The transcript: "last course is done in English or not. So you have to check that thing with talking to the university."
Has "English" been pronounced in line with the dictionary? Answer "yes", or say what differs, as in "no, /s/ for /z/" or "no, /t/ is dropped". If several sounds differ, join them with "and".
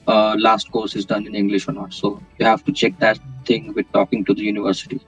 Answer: yes